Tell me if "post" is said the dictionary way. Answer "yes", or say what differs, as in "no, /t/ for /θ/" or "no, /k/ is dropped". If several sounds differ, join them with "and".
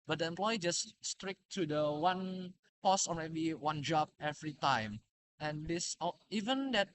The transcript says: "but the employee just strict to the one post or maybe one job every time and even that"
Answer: no, /t/ is dropped